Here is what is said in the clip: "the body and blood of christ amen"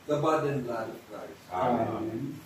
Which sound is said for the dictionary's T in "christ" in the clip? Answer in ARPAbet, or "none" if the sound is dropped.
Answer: none